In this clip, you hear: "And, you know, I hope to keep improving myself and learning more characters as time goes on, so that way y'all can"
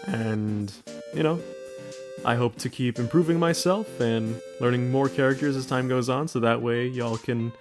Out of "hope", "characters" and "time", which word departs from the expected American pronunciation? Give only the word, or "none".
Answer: none